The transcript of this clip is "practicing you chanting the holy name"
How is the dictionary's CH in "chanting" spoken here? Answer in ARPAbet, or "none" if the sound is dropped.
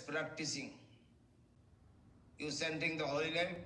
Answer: S